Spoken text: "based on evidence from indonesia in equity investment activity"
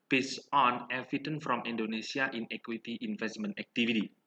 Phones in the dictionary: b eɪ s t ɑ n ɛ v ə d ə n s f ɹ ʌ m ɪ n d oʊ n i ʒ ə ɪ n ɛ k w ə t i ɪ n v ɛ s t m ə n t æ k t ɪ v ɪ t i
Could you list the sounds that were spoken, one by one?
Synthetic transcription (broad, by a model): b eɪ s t ɑ n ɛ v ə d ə n f ɹ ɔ m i n d oʊ n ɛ s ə ɪ n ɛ k w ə t i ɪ n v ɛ s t m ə n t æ k t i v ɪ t i